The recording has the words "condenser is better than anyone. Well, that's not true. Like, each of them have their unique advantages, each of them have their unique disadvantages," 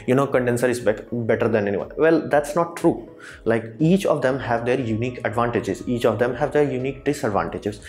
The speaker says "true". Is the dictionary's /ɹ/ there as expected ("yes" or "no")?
yes